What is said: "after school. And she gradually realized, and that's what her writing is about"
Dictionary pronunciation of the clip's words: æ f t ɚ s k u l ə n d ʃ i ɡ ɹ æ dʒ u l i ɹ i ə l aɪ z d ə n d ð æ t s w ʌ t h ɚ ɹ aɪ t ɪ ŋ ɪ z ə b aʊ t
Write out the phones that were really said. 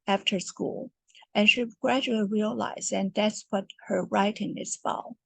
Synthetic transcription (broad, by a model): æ f t ɚ s k u l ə n ʃ i ɡ ɹ æ dʒ u l i ɹ i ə l aɪ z ə n ð æ t s w ʌ t h ɚ ɹ aɪ t ɪ ŋ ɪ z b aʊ